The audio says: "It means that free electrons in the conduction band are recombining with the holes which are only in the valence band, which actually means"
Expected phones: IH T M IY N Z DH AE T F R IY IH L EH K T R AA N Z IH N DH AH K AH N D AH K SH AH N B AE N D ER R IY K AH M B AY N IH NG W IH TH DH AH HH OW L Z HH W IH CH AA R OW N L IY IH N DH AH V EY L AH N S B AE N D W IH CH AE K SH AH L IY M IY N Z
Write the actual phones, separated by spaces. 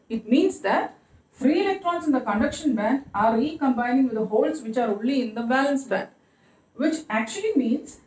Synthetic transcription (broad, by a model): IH T M IY N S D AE T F R IY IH L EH K T R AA N S IH N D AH K AH N D AH K SH AH N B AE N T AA R IY K AH M B AY N IH NG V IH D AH HH OW L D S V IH CH AA R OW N L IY IH N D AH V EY L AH N S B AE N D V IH CH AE K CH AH L IY M IY N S